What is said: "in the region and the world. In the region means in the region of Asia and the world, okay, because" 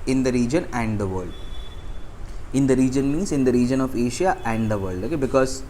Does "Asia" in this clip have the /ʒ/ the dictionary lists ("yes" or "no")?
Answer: no